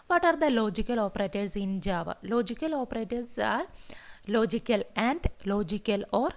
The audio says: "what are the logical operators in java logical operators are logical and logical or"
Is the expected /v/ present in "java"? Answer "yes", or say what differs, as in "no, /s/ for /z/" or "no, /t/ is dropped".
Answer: yes